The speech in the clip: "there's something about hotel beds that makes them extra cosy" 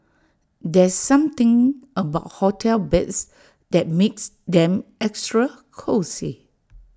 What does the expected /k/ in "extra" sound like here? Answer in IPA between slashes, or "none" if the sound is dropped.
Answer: /k/